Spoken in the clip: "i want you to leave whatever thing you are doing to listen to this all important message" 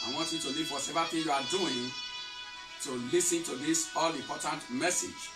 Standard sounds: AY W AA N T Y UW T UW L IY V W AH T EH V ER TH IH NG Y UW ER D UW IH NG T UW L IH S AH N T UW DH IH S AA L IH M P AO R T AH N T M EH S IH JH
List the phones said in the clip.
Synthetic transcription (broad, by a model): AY W AA N T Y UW T UW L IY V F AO S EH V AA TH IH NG Y UW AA D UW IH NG T UW L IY S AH N T UW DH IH S AA L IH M P AO T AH N T M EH S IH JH